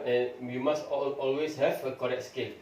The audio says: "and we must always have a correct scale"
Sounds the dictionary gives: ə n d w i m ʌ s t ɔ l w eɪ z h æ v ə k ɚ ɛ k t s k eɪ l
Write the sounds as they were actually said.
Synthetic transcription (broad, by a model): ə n w i m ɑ s t ɔ l w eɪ s h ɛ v ə k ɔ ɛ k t s k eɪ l